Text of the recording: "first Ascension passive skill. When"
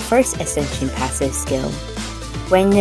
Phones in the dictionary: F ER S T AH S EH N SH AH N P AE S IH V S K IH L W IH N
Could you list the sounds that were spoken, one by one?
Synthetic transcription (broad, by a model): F ER S T AH S EH N SH AH N P AE S IH V S K IH L W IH N